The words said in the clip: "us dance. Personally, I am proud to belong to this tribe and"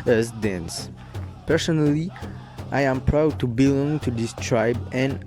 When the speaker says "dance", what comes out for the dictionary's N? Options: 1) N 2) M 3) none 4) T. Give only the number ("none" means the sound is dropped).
1